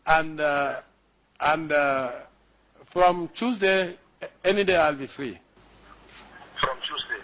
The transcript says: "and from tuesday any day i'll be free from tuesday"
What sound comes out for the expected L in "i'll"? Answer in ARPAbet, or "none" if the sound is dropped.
L